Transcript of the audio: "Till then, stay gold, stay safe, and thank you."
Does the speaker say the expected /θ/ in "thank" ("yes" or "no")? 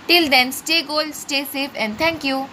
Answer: no